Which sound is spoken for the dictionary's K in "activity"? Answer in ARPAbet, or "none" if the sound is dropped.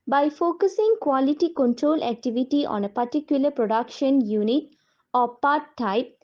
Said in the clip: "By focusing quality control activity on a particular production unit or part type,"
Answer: K